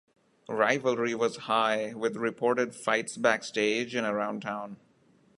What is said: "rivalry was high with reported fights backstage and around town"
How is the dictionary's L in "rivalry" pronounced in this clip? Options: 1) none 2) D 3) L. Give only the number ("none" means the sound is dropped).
3